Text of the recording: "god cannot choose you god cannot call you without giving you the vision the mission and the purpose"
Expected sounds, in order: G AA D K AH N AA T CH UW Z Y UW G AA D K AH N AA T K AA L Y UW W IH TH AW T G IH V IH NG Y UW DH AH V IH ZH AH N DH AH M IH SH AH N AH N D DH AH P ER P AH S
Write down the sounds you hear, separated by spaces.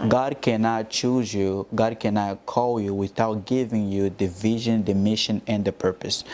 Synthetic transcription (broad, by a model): G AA D K AH N AA T CH UW Z Y UW G AA D K AH N AA T K AA L Y UW W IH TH AW T G IH V IH NG Y UW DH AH V IH ZH AH N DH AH M IH SH AH N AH N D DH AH P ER P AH S